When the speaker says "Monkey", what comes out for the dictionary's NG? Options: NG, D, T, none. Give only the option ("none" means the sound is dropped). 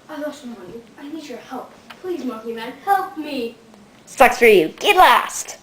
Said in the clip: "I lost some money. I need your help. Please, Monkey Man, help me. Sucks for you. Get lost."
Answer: none